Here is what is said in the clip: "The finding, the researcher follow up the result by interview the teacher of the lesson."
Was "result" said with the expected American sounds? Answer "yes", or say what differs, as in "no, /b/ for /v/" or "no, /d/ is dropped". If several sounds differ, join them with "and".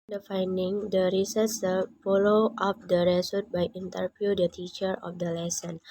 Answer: no, /s/ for /z/ and /l/ is dropped